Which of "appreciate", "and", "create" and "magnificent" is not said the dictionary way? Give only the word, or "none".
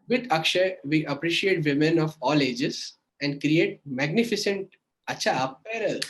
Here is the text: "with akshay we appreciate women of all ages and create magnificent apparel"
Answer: none